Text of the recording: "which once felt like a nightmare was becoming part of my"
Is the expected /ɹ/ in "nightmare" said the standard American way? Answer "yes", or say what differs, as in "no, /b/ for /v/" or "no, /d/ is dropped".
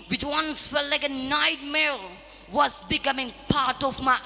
no, /l/ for /ɹ/